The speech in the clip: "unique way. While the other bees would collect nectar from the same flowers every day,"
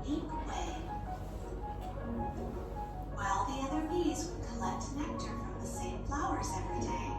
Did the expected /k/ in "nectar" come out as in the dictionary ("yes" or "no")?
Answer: yes